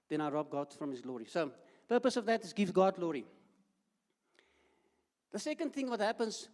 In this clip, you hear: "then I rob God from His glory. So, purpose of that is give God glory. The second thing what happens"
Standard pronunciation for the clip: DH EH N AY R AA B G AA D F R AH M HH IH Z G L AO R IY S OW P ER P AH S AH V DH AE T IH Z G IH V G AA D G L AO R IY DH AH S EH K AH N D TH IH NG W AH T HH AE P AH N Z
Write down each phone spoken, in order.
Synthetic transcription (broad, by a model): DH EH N AY R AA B G AA D F R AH M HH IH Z G L AO R IY S OW P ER P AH S AH V DH AE T IH Z G IH V G AA D G L AO R IY DH AH S EH K AH N D TH IH NG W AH T HH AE P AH N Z